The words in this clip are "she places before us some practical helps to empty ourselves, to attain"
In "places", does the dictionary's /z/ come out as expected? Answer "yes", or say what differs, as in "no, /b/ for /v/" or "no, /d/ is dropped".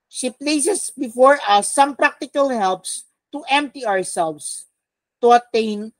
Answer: no, /s/ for /z/